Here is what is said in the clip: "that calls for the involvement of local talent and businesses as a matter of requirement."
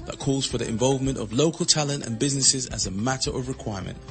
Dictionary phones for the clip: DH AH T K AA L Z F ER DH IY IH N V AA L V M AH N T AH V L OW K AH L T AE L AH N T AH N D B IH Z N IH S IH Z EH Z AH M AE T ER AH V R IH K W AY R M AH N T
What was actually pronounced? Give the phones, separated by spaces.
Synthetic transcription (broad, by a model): DH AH T K AA L Z F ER DH IY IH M V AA L V M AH N T AH V L OW K AH L T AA L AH N T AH N B IH Z N IH S IH Z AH Z AH M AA T ER AH V R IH K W AY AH M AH N T